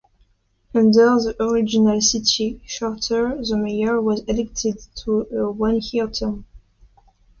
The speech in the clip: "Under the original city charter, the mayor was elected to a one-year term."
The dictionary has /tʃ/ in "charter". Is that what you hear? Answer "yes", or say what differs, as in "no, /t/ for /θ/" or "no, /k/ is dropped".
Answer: no, /ʃ/ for /tʃ/